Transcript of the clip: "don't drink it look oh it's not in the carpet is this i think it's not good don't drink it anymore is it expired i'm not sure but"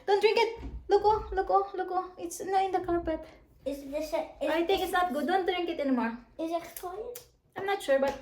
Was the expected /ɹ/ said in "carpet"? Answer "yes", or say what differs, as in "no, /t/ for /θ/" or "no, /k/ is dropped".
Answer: no, /l/ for /ɹ/